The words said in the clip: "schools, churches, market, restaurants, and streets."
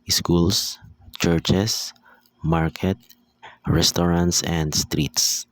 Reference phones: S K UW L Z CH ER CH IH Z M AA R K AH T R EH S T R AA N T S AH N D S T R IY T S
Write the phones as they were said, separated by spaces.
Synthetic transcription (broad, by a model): S K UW L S CH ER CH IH S M AA R K AH T R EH S T R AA N T S AH N D S T R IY T S